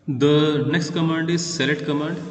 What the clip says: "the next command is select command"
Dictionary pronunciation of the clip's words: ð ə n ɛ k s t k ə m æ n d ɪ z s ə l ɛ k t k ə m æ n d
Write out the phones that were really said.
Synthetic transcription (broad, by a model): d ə n ɛ k s t k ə m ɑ n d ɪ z s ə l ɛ t k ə m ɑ n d